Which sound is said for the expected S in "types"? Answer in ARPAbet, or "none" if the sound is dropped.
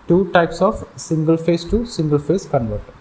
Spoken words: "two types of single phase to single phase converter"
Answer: S